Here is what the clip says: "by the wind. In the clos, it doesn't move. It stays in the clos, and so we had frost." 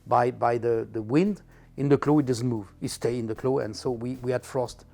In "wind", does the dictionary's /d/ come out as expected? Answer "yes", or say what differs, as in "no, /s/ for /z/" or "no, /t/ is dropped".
yes